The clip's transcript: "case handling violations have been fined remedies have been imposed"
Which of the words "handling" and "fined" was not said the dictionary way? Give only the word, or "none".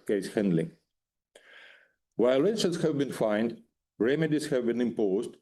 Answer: none